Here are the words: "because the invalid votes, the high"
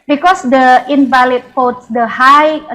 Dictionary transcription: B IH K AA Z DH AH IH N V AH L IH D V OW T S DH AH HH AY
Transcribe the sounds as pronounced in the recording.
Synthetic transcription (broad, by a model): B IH K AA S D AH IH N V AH L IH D F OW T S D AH HH AY